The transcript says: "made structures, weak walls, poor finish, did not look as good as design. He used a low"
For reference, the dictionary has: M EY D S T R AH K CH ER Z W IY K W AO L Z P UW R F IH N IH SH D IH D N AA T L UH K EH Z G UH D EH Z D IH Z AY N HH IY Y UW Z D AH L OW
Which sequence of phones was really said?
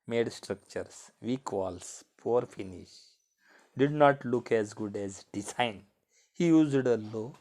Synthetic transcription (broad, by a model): M EY D S T R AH K CH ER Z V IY K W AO L S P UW R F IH N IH SH D IH D N AA T L UH K EH Z G UH D EH Z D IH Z AY N HH IY Y UW Z D AH L OW